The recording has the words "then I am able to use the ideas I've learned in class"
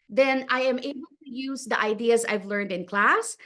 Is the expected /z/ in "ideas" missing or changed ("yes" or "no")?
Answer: no